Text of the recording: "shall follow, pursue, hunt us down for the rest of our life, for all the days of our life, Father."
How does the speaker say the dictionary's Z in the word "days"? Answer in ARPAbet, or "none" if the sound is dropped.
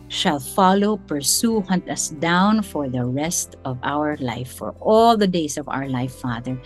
S